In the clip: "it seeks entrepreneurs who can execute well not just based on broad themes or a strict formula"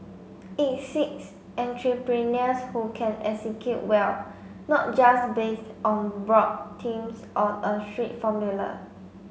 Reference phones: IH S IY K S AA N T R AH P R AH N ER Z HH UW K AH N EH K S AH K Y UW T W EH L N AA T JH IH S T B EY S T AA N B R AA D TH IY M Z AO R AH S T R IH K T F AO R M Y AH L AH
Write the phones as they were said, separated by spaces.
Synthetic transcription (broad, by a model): IH S IY K S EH N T R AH P R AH N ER S HH UW K AH N EH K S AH K Y UW T W EH L N AA T JH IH S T B EY S T AA N B R AA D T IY M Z AO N AH S T R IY T F AO M Y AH L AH